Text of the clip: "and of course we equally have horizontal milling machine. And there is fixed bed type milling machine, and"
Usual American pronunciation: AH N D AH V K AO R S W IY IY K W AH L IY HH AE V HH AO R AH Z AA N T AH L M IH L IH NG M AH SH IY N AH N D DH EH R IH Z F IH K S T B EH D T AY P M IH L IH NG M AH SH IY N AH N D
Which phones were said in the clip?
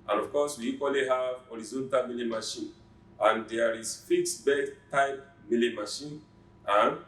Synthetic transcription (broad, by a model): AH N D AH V K AO S W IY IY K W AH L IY HH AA V HH AO R AH Z AA N T AH L M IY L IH M AH SH IY N AH N D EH R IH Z F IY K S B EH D T AY P M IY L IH M AH SH IY N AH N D